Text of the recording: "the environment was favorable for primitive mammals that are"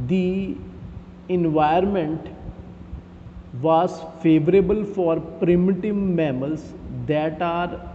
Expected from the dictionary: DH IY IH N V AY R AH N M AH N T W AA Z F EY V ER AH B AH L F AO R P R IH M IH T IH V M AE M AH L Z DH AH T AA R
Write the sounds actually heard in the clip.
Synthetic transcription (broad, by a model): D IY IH N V AY AH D M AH N T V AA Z F EY V ER AH B AH L F AO R P R IH M IH T IH V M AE M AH L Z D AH T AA R